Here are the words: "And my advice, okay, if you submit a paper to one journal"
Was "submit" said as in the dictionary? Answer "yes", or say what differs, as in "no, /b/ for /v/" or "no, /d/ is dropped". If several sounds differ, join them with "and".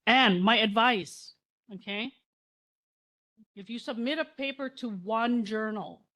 yes